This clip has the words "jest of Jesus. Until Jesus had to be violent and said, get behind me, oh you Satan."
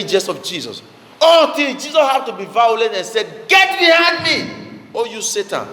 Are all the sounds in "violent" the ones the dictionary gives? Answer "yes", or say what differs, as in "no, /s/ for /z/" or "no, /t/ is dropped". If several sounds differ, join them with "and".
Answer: no, /n/ is dropped